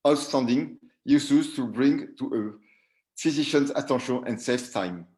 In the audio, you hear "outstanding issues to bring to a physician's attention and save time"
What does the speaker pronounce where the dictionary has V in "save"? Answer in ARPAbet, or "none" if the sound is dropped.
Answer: F